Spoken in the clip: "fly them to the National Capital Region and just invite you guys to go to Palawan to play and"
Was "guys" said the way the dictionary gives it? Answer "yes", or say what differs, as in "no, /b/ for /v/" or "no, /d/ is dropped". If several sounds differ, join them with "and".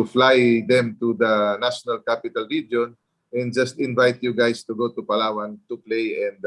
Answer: no, /s/ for /z/